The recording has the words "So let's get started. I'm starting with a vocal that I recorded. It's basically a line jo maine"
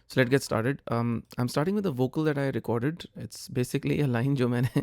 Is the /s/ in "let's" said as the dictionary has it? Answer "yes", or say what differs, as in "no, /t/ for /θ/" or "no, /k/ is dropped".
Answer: no, /s/ is dropped